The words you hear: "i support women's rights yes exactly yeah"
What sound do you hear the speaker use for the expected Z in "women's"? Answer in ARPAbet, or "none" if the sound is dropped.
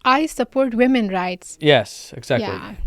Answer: none